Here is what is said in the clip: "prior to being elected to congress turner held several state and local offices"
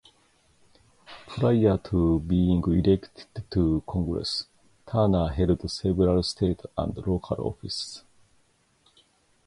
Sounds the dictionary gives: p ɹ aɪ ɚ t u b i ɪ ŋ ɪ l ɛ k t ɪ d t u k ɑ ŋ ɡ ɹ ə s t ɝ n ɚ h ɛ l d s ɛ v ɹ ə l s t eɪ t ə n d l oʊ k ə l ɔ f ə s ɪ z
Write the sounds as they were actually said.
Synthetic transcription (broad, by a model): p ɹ aɪ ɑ t u b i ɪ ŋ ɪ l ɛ k t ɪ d t u k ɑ ŋ ɡ ɹ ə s t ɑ n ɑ h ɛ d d s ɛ b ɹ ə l s t eɪ t ə n d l oʊ k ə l ɔ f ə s